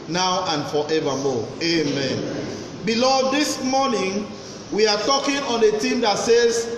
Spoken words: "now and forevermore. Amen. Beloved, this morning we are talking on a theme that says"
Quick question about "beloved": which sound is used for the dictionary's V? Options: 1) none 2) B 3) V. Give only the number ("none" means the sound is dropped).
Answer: 1